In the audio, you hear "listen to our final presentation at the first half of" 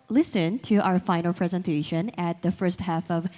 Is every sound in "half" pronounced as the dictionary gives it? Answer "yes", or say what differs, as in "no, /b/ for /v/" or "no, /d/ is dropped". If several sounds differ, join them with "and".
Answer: yes